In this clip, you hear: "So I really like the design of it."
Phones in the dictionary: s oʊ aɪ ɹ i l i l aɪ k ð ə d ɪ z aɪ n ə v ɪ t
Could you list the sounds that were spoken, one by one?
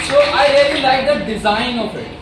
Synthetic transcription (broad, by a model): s oʊ aɪ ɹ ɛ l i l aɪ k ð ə d ɪ z aɪ n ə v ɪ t